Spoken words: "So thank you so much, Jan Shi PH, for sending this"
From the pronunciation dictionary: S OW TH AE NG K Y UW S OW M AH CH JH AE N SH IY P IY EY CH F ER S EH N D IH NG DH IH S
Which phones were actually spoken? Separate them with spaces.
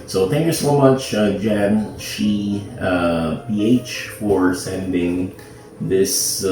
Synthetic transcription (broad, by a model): S OW TH AE NG K Y UW S OW M AH CH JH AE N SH IY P IY EY CH F ER S EH N D IH NG DH IH S